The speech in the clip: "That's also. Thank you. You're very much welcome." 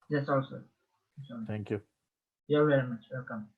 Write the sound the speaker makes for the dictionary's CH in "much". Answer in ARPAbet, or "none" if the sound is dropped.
CH